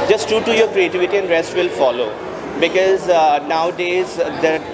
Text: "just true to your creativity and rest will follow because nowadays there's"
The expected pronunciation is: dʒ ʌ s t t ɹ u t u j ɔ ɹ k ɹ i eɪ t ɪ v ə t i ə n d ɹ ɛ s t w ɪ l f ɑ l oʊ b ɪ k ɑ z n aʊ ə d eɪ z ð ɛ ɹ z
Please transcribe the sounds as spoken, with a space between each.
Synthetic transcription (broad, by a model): dʒ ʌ s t t u t u j ɔ ɹ k ɹ i eɪ t ɪ v ə t i ə n d ɹ ɛ s t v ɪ l f ɑ l oʊ b ɪ k ɑ z n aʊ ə d eɪ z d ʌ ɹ